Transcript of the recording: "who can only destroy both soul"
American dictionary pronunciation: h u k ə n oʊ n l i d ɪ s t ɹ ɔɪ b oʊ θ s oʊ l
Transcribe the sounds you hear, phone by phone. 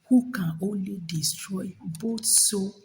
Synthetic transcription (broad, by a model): h u k ə n oʊ n l i d ɪ s t ɹ ɔɪ b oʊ t s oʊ